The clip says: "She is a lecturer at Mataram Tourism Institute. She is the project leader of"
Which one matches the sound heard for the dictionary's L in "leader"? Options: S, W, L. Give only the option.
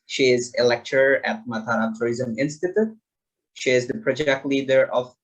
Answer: L